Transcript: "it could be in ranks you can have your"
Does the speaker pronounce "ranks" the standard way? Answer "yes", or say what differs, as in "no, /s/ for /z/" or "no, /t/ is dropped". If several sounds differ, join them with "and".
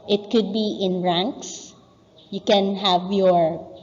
yes